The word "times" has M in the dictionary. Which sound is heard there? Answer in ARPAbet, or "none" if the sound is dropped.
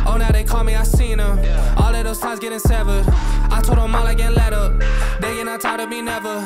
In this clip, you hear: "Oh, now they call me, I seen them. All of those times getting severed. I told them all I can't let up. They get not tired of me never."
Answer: none